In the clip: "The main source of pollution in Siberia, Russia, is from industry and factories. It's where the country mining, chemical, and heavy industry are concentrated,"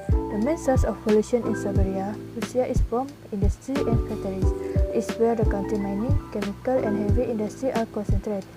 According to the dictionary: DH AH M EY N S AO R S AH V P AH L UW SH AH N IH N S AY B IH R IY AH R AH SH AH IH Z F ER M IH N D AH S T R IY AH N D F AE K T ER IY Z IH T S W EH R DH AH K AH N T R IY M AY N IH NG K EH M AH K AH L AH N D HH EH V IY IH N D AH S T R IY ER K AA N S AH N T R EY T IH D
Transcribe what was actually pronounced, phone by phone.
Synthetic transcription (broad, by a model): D AH M EY N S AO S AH F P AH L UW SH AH N IH N S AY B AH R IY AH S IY AH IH S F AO M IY N D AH S T R IY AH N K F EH T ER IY S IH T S W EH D AH K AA N T R IY M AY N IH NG K EH M AH K AH L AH N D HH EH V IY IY N D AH S T R IY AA K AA N S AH N T R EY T